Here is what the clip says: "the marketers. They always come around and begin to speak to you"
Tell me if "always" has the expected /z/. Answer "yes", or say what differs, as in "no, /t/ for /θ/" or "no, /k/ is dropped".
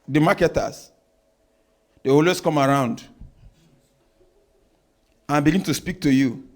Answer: no, /s/ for /z/